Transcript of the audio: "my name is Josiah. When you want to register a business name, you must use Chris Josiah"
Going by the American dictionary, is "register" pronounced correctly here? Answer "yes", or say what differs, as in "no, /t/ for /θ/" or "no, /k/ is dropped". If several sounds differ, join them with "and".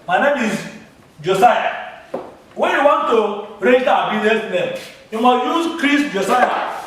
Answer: no, /s/ is dropped